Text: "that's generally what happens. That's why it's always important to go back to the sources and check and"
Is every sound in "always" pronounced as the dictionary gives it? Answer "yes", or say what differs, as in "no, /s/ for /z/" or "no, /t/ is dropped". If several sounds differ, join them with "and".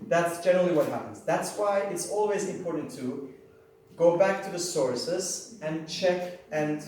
yes